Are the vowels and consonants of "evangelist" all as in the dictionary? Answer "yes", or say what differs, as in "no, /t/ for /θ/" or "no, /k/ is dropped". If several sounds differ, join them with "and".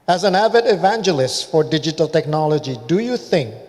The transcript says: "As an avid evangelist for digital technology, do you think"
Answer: yes